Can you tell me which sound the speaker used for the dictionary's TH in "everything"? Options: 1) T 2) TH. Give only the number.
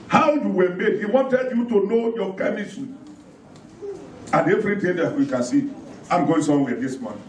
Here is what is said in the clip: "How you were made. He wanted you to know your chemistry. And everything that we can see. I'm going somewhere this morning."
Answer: 1